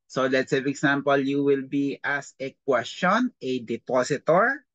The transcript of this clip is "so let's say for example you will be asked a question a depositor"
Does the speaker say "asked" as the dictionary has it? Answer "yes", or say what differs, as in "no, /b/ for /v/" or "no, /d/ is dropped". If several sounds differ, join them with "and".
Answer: no, /t/ is dropped